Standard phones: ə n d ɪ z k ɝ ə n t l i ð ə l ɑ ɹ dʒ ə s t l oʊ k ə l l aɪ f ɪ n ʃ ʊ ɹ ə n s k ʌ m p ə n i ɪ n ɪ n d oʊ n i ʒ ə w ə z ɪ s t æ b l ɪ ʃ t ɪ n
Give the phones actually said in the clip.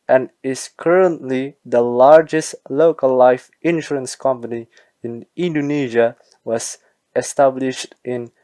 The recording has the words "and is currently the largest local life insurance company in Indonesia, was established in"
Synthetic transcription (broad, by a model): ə n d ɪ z k ɝ ə n t l i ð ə l ɑ ɹ dʒ ə s t l oʊ k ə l l aɪ f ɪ n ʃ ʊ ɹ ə n s k ʌ m p ə n i ɪ n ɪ n d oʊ n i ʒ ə w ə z ɪ s t æ b l ɪ ʃ t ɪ n